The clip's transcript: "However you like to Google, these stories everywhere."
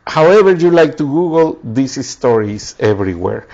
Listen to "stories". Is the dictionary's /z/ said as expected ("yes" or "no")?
no